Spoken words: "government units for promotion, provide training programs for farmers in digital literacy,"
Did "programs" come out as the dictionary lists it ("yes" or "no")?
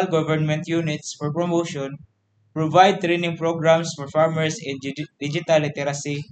no